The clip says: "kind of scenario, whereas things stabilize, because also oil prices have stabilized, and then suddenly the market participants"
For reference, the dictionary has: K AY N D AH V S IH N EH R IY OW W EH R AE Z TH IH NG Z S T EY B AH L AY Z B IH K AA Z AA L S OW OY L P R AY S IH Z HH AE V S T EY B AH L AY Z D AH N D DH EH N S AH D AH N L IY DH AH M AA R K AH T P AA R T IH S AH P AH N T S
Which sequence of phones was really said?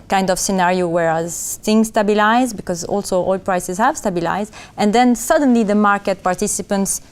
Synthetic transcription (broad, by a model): K AY N D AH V S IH N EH R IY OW W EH R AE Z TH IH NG S T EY B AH L AY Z B IH K AA Z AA L S OW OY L P R AY S IH Z HH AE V S T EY B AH L AY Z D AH N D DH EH N S AH D AH N L IY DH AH M AA R K AH T P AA R T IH S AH P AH N T S